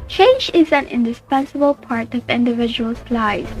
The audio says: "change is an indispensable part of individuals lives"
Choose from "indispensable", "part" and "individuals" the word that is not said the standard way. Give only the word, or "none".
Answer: individuals